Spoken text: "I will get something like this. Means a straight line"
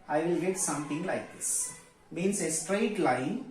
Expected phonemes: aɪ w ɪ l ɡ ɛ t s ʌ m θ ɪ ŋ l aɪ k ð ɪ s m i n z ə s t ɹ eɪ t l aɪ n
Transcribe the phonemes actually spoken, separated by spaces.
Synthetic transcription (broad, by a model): aɪ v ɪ l ɡ ɛ t s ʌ m t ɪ ŋ l aɪ k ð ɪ s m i n s ə s t ɹ eɪ t l aɪ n